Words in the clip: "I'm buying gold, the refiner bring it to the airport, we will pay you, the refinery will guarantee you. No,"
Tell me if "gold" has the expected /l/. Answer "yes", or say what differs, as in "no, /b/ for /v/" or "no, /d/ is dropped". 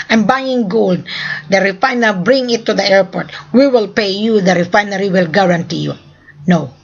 yes